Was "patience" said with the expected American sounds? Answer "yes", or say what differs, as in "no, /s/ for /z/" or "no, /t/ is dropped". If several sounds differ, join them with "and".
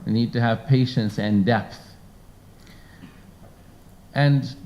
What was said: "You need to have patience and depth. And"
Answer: yes